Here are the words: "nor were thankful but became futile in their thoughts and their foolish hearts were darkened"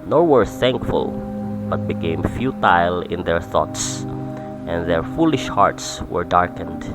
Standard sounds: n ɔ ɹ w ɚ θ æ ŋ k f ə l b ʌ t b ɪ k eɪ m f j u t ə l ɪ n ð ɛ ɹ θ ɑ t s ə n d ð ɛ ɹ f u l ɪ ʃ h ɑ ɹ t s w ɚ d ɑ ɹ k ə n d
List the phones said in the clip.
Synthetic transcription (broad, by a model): n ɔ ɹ w ɚ θ æ ŋ k f ə l b ʌ t b ɪ k eɪ m f j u t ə l ɪ n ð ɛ ɹ θ ɑ t s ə n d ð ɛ ɹ f u l ɪ ʃ h ɑ ɹ t s w ɚ d ɑ ɹ k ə n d